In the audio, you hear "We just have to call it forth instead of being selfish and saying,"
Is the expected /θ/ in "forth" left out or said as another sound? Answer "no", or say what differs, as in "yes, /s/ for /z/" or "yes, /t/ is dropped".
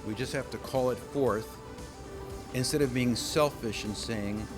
no